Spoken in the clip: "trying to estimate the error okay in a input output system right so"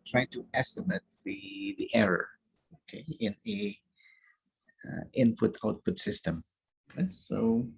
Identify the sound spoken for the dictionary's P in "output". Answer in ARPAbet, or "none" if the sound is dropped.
P